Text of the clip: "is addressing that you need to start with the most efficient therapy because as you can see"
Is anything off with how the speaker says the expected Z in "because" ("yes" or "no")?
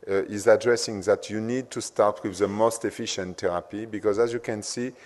no